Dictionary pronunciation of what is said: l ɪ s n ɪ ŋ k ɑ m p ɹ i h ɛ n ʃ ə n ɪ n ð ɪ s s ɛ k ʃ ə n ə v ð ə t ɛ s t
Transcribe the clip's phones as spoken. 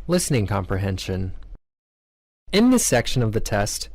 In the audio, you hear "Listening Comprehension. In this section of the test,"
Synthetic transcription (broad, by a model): l ɪ s n ɪ ŋ k ɑ m p ɹ i h ɛ n ʃ ə n ɪ n ð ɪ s s ɛ k ʃ ə n ə v ð ə t ɛ s t